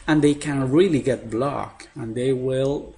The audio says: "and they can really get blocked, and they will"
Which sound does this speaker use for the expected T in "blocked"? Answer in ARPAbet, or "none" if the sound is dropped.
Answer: none